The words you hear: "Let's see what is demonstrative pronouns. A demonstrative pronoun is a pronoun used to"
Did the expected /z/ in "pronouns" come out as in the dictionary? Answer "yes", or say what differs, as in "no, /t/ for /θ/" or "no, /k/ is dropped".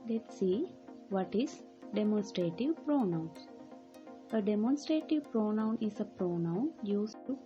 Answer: no, /z/ is dropped